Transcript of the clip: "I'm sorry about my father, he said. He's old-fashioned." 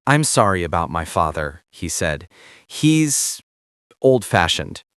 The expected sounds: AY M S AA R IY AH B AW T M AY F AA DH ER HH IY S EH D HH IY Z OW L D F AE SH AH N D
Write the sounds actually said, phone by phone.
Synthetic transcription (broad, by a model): AY M S AA R IY AH B AW T M AY F AA DH ER HH IY S EH D HH IY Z OW L D F AE SH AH N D